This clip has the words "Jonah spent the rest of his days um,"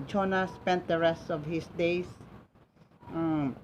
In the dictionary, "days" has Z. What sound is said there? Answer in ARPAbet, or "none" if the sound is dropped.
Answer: S